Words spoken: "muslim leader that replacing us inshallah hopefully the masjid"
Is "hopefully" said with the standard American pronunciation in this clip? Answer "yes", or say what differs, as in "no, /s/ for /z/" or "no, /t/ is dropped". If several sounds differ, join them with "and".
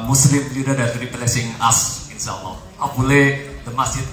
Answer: no, /f/ is dropped